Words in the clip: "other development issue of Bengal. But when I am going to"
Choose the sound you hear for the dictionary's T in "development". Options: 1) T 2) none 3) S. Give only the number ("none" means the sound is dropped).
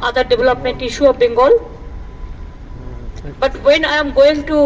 1